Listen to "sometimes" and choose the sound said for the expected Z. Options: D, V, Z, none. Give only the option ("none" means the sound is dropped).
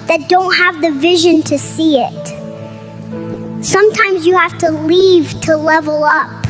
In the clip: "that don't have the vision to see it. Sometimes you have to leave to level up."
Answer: Z